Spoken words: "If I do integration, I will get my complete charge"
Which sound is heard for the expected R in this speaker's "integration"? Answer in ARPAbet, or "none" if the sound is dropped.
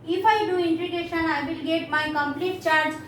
none